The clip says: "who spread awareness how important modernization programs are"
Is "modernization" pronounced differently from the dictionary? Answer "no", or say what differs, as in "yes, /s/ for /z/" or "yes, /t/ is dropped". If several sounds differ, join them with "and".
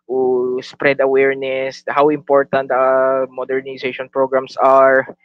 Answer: yes, /s/ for /z/